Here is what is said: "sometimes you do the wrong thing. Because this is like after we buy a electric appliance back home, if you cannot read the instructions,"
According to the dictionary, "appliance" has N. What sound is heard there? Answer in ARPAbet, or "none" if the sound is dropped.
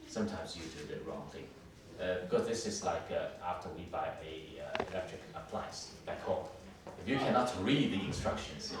none